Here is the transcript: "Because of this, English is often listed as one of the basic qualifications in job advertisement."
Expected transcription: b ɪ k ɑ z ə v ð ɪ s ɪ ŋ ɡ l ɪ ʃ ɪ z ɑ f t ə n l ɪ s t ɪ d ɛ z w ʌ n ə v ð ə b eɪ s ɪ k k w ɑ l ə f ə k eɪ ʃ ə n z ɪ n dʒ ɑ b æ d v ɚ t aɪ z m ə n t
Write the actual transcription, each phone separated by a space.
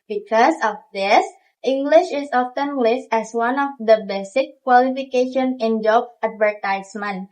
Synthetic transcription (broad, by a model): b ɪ k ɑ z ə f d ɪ s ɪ ŋ ɡ l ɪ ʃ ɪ s ɑ f t ə n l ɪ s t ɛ s w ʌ n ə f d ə b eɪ s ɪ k k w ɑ l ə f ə k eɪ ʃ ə n ɪ n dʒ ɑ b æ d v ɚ t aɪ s m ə n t